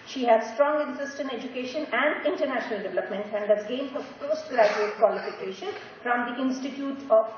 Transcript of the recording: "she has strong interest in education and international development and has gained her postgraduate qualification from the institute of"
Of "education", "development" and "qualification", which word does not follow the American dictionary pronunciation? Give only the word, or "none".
none